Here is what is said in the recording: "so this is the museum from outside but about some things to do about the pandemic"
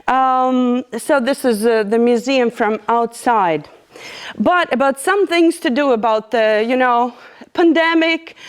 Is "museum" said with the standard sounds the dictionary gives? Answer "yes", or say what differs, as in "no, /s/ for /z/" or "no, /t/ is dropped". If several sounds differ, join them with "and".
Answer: yes